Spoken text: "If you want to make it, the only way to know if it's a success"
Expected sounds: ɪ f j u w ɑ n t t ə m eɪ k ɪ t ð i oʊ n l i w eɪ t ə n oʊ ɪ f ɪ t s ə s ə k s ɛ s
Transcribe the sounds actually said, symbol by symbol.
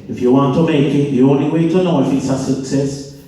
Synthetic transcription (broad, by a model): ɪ f j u w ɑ n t t ə m eɪ k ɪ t ð i oʊ n l i w eɪ t ə n oʊ ɪ f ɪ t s ə s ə k s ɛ s